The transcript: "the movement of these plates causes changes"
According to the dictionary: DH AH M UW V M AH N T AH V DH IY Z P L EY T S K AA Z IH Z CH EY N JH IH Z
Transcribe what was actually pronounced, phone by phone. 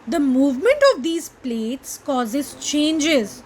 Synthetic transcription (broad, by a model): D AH M UW V M AH N T AH V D IY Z P L EY T S K AA Z IH Z CH EY N JH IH Z